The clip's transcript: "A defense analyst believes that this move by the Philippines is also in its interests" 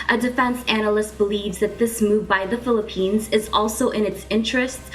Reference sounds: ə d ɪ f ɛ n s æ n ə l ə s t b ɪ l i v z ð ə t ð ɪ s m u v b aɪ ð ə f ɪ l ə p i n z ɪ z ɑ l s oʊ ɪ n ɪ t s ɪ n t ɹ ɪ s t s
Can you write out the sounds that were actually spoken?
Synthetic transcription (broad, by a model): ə d ɪ f ɛ n s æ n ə l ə s t b ɪ l i v z ð ə t ð ɪ s m u v b aɪ ð ə f ɪ l ə p i n z ɪ z ɑ l s oʊ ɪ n ɪ t s ɪ n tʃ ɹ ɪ s t s